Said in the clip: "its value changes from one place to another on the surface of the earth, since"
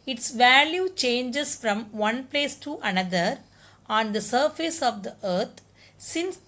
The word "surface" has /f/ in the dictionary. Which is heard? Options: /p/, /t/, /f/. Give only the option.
/f/